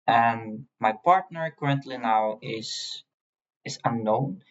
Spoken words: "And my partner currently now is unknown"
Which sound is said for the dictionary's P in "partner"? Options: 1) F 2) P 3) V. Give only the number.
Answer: 2